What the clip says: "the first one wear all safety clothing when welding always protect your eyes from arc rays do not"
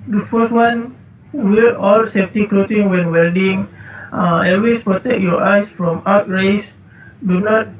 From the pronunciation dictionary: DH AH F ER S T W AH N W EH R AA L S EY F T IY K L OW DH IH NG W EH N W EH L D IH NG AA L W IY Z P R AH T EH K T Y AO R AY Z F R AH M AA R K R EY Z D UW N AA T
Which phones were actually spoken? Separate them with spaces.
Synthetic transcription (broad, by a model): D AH F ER S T W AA N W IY L AA L S EY F T IY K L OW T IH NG W EH N W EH L D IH NG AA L W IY S P R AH T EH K Y AO AY S F R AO M AA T R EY S D UW N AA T